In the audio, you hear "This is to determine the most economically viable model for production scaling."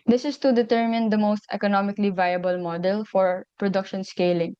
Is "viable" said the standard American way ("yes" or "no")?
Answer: yes